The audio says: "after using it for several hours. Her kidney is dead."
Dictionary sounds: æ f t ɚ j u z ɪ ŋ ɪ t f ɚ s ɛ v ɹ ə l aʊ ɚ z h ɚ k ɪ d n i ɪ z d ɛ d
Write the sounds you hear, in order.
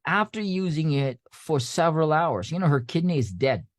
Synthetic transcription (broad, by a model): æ f t ɚ j u z ɪ ŋ ɪ t f ɚ s ɛ v ɹ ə l aʊ ɚ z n ɚ k ɪ d n i ɪ z d ɛ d